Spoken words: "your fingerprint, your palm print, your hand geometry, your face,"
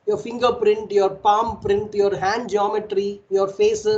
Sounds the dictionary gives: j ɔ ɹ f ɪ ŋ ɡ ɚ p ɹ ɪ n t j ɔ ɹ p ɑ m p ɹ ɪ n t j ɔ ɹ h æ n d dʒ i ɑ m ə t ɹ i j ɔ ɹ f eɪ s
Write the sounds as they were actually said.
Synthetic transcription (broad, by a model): j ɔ ɹ f ɪ ŋ ɡ ɚ p ɹ ɪ n t j ɔ ɹ p ɑ m p ɹ ɪ n t j ɔ ɹ h æ n d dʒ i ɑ m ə t ɹ i j ɔ ɹ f eɪ s